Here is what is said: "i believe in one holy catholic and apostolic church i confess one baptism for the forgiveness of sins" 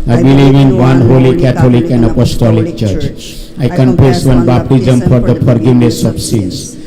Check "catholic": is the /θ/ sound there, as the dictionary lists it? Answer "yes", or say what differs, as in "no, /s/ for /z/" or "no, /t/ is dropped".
no, /t/ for /θ/